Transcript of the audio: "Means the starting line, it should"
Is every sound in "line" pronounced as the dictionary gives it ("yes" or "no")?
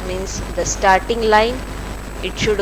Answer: yes